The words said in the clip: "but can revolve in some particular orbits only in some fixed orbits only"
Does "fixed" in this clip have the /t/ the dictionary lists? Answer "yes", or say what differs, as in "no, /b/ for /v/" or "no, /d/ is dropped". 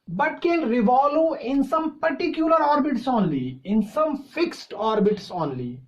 yes